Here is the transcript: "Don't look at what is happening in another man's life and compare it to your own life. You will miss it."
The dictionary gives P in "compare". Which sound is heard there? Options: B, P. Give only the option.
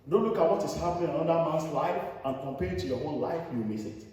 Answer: P